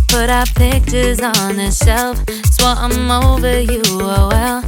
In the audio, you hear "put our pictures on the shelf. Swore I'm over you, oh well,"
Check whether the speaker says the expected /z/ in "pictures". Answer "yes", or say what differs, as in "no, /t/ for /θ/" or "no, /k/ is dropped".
yes